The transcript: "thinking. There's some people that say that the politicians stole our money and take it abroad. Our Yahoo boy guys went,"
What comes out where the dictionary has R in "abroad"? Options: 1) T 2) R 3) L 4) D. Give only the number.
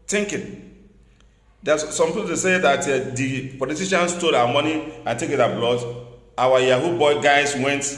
3